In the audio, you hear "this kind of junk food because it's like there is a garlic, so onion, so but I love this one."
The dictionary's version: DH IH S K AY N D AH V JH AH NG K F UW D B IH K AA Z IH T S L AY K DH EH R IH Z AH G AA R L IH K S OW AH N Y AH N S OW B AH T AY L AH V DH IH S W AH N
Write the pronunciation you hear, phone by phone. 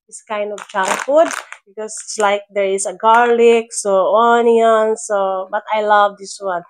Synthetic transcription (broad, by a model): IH S K AY N D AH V CH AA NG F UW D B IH K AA S IH T S L AY K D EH R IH S AH G AA R L IH K S OW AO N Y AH N S OW B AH T AY L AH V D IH S W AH N